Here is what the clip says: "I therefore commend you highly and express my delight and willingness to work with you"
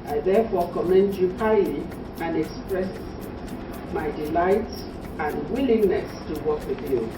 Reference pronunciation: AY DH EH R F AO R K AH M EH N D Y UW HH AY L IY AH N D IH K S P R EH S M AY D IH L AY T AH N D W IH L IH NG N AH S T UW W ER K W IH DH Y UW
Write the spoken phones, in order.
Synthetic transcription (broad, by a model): AY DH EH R F AO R K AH M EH N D Y UW HH AY L IY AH N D IH K S P R EH S M AY D IH L AY T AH N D W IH L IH NG N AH S T UW W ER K W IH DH Y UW